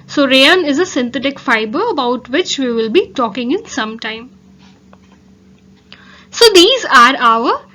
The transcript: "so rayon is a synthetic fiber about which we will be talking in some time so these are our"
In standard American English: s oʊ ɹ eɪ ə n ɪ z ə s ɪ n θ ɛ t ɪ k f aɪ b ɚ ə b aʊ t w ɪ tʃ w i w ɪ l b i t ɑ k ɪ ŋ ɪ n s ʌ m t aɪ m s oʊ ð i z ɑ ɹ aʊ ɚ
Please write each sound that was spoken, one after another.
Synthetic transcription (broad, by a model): s oʊ ɹ eɪ ə n ɪ z ə s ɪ n t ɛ t ɪ k f aɪ b ɚ ə b aʊ t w ɪ tʃ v i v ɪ l b i t ɑ k ɪ ŋ ɪ n s ʌ m t aɪ m s oʊ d i z ɑ ɹ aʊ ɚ